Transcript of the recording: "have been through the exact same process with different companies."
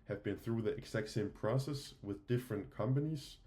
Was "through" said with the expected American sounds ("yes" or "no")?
yes